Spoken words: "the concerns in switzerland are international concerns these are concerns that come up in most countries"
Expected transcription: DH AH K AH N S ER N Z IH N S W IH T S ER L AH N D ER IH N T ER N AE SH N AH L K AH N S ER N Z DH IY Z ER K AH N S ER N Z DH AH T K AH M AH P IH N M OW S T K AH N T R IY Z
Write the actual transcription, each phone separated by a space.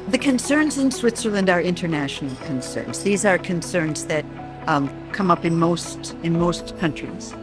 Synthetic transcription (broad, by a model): DH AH K AH N S ER N Z IH N S W IH T S ER L AH N D ER IH N T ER N AE SH N L K AH N S ER N Z DH IY Z ER K AH N S ER N Z DH AH T K AH M AH P IH N M OW S T K AH N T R IY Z